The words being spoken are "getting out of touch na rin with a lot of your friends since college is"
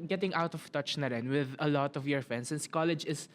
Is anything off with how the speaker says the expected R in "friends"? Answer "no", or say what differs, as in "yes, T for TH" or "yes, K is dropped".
yes, R is dropped